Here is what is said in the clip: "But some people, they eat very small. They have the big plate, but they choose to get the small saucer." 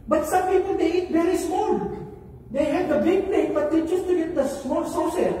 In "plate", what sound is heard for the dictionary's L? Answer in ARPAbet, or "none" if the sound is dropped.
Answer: none